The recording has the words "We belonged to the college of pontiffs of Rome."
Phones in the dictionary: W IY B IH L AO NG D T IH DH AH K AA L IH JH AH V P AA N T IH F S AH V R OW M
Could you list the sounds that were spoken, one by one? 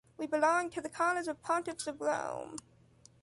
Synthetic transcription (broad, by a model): W IY B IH L AO NG T IH DH AH K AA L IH Z AH V P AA N T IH P S AH V R OW M